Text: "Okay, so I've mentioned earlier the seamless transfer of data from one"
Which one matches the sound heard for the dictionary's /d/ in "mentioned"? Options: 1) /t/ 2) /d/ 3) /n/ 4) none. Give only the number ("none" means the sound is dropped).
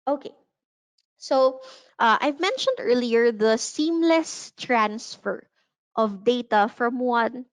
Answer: 2